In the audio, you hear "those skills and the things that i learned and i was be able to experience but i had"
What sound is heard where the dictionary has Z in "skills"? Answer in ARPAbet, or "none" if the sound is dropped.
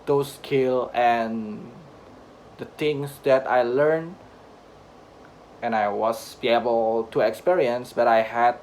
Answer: none